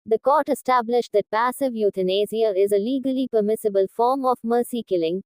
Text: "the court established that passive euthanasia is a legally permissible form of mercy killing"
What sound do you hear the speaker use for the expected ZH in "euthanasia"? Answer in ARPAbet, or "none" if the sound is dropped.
Z